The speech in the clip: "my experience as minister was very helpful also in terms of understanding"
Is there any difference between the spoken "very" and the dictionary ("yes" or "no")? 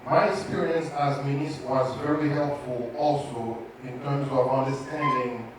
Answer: no